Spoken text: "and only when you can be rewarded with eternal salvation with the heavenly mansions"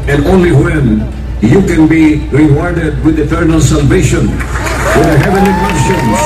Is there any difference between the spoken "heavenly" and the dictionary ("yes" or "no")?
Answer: yes